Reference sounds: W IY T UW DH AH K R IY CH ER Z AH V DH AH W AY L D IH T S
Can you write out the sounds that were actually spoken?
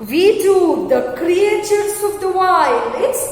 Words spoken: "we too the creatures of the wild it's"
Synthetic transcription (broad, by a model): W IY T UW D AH K R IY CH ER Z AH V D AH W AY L IH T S